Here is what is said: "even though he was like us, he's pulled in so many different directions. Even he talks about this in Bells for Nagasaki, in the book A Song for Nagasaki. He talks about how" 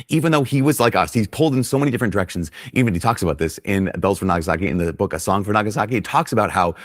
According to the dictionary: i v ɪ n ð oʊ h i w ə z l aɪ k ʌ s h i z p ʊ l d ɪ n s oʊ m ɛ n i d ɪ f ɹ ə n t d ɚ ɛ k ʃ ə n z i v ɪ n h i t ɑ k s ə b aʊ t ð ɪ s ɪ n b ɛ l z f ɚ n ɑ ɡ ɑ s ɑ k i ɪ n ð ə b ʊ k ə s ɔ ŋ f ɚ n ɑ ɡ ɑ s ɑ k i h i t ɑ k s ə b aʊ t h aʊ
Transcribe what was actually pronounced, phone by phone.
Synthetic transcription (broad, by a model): i v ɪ n ð oʊ i w ə z l aɪ k ʌ s h i z p ʊ l d ɪ n s oʊ m ɛ n i d ɪ f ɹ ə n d ɚ ɛ k ʃ n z i v ɪ n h i t ɑ k s ə b aʊ t ð ɪ s ɪ n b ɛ l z f ɚ n ɑ ɡ ɑ s ɑ k i ɪ n ð ə b ʊ k ə s ɔ ŋ f ɚ n ɑ ɡ ɑ s ɑ k i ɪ t ɑ k s ə b aʊ t h aʊ